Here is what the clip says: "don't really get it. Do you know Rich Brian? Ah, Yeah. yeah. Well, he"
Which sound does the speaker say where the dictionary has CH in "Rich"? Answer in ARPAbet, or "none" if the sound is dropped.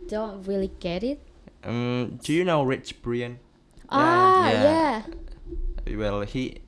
CH